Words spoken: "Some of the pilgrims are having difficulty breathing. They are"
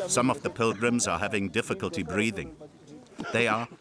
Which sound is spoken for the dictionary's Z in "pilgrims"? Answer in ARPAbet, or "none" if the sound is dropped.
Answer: Z